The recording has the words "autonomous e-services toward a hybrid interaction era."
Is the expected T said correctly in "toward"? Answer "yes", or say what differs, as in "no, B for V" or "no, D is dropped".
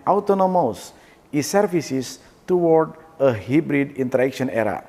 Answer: yes